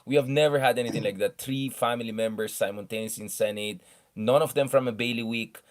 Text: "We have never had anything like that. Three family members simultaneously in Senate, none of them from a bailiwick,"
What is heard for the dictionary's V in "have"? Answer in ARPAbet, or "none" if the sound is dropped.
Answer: V